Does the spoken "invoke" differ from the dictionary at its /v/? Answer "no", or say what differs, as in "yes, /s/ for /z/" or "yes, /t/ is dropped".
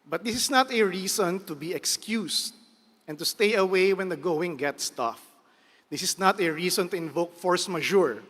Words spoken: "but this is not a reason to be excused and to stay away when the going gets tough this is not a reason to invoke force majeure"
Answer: no